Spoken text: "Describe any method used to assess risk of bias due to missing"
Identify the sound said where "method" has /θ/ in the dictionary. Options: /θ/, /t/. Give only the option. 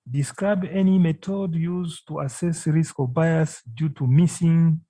/t/